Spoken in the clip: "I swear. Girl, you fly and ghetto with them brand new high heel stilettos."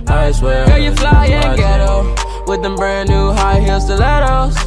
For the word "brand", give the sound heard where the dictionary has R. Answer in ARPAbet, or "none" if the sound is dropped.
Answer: none